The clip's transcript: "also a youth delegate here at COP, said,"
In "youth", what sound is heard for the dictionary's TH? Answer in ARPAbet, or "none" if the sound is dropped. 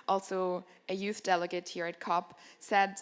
TH